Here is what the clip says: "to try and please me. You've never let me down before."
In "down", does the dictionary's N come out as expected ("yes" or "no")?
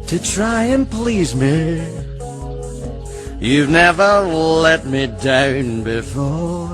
yes